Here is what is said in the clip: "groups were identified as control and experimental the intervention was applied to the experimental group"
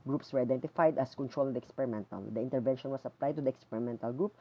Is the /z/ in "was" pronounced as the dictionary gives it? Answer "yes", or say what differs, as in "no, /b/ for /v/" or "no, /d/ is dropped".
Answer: no, /s/ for /z/